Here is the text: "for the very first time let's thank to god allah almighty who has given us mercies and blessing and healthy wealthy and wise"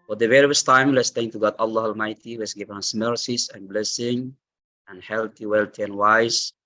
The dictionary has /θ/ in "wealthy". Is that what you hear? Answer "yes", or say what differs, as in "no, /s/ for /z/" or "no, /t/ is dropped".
no, /t/ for /θ/